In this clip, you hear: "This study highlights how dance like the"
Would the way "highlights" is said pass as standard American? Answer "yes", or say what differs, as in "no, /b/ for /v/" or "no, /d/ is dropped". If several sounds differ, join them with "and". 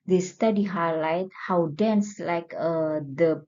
no, /s/ is dropped